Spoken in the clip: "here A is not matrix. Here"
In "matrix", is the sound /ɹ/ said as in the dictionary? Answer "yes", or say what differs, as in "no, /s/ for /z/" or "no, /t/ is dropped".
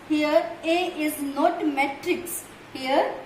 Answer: yes